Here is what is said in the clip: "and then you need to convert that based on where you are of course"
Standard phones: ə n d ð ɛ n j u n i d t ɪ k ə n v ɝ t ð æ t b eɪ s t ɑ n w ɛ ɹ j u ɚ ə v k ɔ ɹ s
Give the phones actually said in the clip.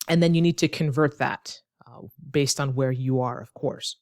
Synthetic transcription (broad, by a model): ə n ð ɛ n j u n i d t ɪ k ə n v ɝ t ð æ t b eɪ s t n w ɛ ɹ j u ɚ ə v k ɔ ɹ s